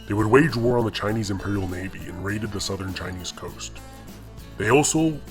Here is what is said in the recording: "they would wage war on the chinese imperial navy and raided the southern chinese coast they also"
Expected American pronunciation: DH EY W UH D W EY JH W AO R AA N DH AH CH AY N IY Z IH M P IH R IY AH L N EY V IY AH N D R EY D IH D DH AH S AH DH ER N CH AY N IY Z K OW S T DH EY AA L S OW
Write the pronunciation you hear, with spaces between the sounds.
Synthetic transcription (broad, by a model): DH EY W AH D W EY JH W AO R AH N DH AH CH AY N IY Z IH M P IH R IY L N EY V IY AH N R EY D IH D DH AH S AH DH ER N CH AY N IY Z K OW S T DH EY AA L S OW